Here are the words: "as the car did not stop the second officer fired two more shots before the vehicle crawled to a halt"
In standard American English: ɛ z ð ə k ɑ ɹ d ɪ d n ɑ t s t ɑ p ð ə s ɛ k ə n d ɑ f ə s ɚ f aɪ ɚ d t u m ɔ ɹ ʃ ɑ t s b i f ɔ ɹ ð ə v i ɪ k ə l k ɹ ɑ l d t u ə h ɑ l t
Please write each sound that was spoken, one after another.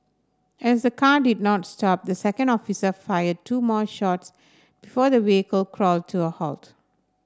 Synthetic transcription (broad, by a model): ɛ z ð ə k ɑ d ɪ d n ɑ t s t ɑ p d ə s ɛ k ə n d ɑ f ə s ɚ f aɪ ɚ d t u m ɔ ʃ ɑ t s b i f ɔ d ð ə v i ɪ k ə l k ɹ ɑ l d t u ə h ɑ l t